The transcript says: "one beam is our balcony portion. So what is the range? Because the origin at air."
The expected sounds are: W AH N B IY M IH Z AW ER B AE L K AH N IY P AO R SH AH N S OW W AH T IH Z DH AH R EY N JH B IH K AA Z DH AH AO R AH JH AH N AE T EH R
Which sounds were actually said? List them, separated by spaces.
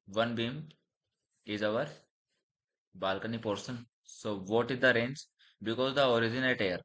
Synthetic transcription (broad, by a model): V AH N B IY M IH Z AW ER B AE L K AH N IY P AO R S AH N S OW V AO T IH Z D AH R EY N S B IH K AA Z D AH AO R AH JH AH N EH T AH R